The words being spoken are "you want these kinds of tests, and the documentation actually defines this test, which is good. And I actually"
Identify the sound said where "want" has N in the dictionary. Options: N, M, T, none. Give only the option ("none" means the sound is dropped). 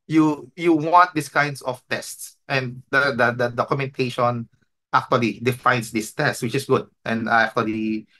N